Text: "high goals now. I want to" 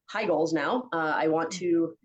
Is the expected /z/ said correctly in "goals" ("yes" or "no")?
yes